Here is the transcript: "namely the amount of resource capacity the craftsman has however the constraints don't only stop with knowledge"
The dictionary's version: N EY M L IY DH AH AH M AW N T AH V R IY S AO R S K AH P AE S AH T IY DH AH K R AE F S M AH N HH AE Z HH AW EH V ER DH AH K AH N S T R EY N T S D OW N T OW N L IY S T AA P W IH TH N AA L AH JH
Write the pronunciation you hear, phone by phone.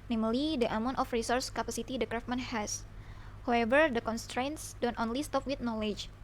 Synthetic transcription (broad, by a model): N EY M L IY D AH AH M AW N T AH F R IY S AO R S K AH P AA S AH T IY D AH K R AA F M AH N HH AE S HH AW EH V ER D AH K AH N S T R EY N T S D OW N T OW N L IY S T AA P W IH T N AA L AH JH